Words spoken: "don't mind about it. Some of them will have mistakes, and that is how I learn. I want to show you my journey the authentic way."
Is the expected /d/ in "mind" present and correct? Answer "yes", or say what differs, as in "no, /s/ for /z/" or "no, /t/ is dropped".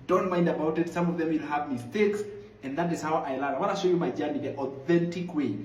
yes